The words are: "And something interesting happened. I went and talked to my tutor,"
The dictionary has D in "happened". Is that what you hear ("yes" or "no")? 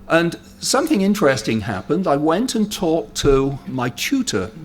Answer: yes